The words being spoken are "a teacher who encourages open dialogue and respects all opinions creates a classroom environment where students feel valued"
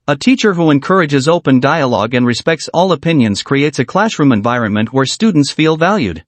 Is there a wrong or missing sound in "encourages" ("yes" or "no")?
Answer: no